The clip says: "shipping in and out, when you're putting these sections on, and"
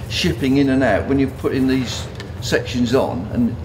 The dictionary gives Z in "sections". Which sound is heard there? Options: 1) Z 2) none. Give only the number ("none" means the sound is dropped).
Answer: 1